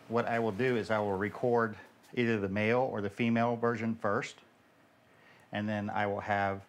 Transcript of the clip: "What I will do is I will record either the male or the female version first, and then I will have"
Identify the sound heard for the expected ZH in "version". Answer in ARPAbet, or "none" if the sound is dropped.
ZH